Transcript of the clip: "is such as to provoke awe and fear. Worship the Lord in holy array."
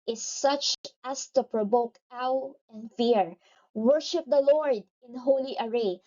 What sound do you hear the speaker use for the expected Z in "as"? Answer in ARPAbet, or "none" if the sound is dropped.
S